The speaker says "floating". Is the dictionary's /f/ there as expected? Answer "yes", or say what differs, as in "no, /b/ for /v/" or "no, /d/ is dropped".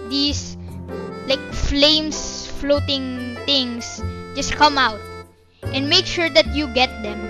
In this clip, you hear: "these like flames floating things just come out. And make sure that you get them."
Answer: yes